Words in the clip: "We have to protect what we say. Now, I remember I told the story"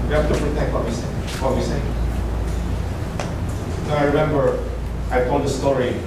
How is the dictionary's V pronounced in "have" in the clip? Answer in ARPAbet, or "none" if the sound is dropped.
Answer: F